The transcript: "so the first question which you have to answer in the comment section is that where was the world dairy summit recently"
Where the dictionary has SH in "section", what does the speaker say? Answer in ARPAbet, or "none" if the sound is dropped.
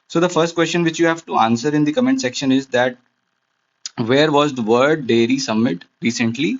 SH